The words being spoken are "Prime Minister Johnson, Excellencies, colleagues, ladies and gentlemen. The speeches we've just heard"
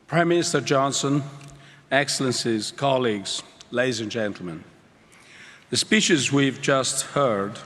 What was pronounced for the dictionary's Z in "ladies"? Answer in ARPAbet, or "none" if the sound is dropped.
Z